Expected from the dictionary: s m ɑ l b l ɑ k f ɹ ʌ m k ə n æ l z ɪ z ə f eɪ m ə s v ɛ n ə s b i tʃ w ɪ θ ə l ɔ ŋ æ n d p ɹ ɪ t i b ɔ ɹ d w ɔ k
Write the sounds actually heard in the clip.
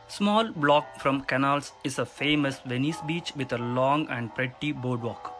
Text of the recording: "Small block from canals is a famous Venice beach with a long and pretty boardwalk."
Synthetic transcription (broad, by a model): s m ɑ l b l ɑ k f ɹ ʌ m k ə n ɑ l s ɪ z ə f eɪ m ə s v ɛ n ə s b i tʃ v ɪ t ə l ɔ ŋ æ n d p ɹ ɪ t i b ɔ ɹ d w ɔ k